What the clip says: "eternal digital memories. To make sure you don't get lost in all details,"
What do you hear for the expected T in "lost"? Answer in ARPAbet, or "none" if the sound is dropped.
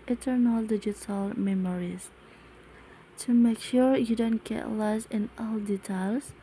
none